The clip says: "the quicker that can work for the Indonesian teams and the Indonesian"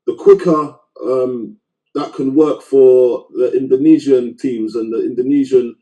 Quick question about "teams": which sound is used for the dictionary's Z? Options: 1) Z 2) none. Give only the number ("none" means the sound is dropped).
1